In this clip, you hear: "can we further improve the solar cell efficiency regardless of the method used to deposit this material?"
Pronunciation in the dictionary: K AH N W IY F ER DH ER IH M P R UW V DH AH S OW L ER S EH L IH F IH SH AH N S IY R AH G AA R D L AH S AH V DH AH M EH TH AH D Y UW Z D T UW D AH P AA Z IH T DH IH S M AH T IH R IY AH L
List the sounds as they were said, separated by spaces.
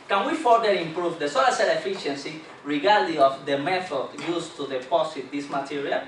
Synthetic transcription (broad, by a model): K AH N W IY F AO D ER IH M P R UW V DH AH S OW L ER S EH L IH F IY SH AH N S IY R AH G AA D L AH AH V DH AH M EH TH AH D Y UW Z T UW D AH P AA S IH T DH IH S M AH T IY R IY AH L